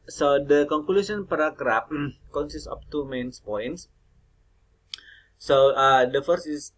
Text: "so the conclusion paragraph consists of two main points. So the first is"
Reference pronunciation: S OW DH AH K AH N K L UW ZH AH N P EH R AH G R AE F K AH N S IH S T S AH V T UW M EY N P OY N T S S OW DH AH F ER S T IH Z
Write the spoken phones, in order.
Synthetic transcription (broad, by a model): S OW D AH K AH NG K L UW S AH N P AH R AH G R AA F K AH N S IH S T AH P T UW M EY N P OY N T S S OW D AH F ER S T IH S